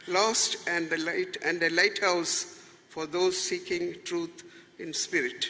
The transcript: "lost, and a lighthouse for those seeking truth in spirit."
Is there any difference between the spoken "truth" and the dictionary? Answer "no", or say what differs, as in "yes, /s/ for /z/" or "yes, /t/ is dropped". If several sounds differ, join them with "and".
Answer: yes, /t/ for /θ/